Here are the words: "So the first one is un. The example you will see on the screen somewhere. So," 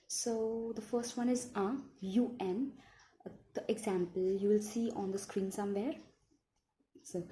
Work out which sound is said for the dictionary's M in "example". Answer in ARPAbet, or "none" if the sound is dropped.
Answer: M